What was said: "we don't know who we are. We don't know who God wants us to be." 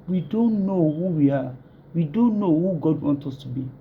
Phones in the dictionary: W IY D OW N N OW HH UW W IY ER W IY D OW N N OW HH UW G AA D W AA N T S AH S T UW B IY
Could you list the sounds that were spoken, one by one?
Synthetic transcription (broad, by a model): W IY D OW N N OW HH UW W IY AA W IY D OW N N OW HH UW G AA D W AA N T AH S T UW B IY